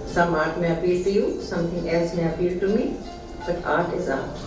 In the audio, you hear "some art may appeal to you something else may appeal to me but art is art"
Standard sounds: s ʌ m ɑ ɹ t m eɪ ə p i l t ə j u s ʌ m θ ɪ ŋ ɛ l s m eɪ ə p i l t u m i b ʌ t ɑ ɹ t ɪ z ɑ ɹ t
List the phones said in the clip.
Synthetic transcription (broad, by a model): s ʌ m ɑ ɹ t m eɪ ə p i l t ə j u s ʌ m t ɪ ŋ ɛ l s m eɪ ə p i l t u m i b ʌ t ɑ ɹ t ɪ z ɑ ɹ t